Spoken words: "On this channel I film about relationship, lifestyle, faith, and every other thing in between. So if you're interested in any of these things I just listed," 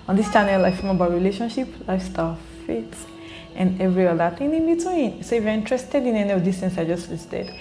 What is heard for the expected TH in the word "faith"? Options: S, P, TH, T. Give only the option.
T